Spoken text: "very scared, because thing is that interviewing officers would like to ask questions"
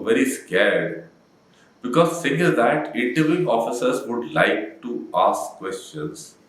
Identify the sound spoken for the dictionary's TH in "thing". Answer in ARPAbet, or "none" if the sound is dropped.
S